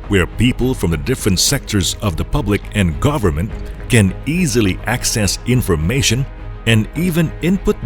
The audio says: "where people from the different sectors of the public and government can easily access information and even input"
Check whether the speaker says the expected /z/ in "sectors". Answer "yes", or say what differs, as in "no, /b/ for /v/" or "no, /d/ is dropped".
yes